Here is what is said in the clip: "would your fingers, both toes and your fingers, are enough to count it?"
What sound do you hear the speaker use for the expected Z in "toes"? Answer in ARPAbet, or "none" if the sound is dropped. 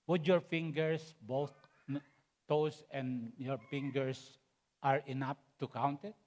S